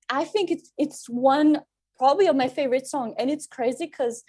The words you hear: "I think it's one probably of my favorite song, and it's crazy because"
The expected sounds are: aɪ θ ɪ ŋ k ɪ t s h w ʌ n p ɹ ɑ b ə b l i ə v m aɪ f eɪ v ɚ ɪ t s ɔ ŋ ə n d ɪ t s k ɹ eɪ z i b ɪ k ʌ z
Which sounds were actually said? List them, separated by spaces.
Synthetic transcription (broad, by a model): aɪ θ ɪ ŋ k ɪ t s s w ʌ n p ɹ ɑ b ə b l i ə v m aɪ f eɪ v ɚ ɪ t s ɔ ŋ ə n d ɪ t s k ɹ eɪ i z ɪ k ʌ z